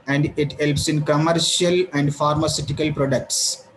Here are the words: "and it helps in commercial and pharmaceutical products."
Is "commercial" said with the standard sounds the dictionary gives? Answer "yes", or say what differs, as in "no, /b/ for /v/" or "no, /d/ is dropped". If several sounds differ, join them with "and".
yes